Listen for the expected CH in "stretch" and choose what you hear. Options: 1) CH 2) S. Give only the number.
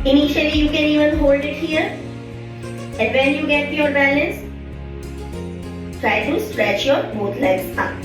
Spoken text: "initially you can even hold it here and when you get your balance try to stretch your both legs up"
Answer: 1